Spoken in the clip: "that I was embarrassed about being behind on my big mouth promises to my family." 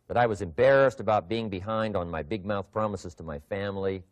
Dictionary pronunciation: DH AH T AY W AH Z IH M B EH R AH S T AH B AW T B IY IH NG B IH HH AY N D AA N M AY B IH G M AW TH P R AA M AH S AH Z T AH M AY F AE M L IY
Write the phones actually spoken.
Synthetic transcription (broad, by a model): DH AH T AY W AH Z IH M B EH R AH S T AH B AW T B IY IH NG B IH HH AY N D N M AY B IH G M AW TH P R AA M AH S AH Z T AH M AY F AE M L IY